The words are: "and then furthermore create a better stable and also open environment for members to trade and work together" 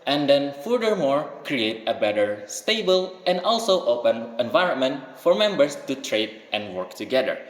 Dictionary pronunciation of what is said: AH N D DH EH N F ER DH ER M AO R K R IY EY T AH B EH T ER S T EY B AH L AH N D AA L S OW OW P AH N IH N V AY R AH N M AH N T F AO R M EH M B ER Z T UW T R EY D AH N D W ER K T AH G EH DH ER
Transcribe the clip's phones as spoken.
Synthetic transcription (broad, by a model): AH N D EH N F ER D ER M AO R K R IY EY T AH B EH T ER S T EY B AH L AH N D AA L S OW OW P AH N IH N V AY R AH N M AH N T F AO R M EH M B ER S T UW T R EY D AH N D W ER K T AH G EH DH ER